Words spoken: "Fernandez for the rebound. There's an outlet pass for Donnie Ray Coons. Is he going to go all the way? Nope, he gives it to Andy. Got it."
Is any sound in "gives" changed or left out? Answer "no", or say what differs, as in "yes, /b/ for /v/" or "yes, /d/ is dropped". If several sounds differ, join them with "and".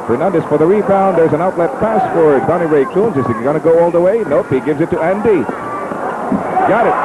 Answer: no